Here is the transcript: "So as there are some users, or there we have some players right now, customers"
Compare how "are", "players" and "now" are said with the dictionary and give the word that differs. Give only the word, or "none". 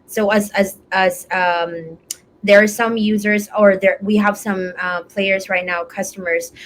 none